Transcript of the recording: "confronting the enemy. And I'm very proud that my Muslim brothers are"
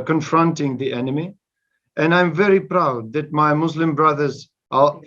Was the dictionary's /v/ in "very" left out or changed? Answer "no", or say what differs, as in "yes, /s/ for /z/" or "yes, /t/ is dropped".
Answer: no